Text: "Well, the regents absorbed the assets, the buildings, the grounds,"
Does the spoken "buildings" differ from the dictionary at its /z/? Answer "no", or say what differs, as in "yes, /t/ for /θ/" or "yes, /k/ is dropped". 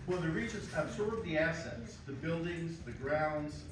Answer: no